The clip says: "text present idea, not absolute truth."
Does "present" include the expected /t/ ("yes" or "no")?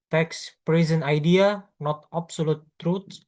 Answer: no